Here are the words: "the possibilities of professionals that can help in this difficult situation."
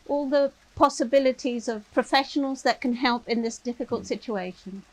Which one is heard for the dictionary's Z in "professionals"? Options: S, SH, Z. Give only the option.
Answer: Z